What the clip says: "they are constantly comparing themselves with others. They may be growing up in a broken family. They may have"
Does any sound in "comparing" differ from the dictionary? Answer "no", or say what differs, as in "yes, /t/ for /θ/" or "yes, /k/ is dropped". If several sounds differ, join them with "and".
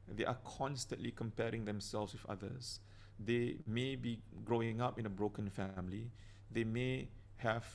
no